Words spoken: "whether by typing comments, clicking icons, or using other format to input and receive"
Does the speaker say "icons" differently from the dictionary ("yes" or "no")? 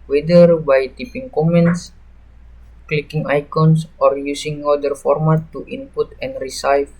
yes